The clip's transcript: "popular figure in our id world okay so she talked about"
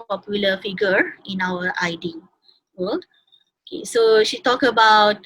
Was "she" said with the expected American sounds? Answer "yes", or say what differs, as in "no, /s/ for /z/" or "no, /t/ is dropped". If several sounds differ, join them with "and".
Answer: yes